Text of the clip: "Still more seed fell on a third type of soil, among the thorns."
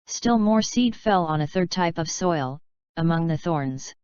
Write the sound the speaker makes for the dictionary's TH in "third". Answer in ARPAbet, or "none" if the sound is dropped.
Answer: TH